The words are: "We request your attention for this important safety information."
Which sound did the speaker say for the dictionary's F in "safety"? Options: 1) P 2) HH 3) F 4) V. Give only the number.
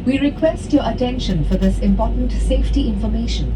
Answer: 3